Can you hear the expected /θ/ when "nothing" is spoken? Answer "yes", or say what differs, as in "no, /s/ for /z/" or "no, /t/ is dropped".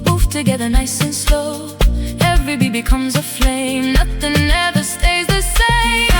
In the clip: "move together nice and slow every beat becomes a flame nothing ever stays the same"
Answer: yes